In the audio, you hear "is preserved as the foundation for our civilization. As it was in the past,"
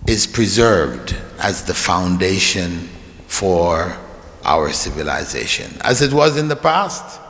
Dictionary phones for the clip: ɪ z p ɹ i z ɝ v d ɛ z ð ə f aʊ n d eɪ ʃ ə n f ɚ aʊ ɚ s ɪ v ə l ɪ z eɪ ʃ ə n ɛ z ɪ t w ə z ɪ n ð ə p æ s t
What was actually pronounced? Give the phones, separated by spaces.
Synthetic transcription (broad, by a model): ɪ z p ɹ i z ɝ v d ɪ z ð ə f aʊ n d eɪ ʃ ə n f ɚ aʊ ɚ s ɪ v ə l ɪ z eɪ ʃ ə n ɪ z ɪ t w ə z ɪ n ð ə p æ s t